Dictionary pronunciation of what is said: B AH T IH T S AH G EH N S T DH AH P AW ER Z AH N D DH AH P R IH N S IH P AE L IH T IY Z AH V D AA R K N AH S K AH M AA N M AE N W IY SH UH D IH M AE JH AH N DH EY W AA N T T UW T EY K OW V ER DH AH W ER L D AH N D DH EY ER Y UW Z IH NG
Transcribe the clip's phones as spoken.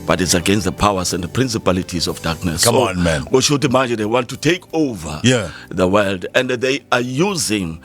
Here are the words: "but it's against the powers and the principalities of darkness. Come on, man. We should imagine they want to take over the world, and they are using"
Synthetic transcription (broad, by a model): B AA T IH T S AH G EH N S T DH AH P AW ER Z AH N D DH AH P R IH N S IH P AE L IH T IY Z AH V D AA K N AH S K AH AA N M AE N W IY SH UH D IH M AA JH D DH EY W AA N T T UW T EY K OW V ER DH AH W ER L D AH N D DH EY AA Y UW Z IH NG